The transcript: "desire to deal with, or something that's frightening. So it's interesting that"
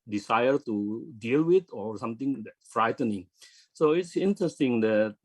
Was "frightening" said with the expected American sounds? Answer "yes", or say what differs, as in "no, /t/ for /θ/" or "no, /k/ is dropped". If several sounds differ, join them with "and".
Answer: yes